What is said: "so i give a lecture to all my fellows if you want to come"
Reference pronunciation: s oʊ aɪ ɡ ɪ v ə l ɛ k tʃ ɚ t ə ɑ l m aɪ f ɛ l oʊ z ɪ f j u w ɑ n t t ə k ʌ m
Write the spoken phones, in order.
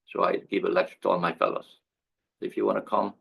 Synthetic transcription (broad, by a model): s oʊ aɪ ɡ ɪ v ə l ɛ tʃ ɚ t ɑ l m aɪ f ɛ l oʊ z ɪ f j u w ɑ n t t ə k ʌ m